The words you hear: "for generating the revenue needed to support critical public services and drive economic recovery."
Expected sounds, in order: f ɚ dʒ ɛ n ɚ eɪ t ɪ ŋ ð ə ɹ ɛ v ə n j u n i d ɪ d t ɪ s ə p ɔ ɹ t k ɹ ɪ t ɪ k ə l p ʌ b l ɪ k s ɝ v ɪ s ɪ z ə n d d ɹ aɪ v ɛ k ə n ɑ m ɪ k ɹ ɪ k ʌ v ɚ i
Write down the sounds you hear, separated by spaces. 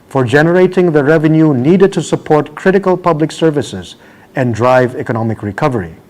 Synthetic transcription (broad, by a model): f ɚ dʒ ɛ n ɚ eɪ t ɪ ŋ ð ə ɹ ɛ v ə n j u n i d ɪ d t ɪ s ə p ɔ ɹ t k ɹ ɪ t ɪ k ə l p ʌ b l ɪ k s ɝ v ɪ s ɪ z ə n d d ɹ aɪ v ɛ k ə n ɑ m ɪ k ɹ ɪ k ʌ v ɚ i